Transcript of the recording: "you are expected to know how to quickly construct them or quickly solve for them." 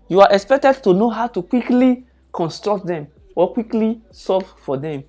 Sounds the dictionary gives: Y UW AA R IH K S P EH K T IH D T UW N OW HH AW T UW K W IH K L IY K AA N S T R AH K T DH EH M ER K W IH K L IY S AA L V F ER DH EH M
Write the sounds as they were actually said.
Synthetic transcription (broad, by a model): Y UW AA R IH K S P EH K T IH D T UW N OW HH AW T UW K W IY K L IY K AA N S T R AH K T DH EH M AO K W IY K L IY S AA V F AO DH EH M